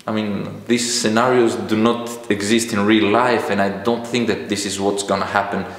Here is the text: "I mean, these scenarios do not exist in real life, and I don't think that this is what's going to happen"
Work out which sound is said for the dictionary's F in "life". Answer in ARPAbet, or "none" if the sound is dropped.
F